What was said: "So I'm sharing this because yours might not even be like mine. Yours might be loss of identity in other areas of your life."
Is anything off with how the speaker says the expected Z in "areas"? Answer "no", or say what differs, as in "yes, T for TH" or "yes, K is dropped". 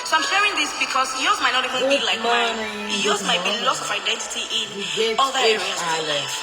yes, Z is dropped